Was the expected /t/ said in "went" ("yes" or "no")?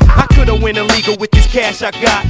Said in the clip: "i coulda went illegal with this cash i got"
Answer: no